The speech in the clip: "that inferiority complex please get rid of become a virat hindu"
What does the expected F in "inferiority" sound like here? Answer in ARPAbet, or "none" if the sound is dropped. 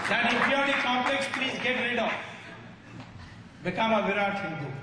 none